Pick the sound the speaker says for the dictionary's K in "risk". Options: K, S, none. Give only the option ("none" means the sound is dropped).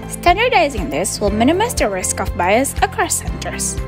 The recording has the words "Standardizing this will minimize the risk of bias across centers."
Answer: K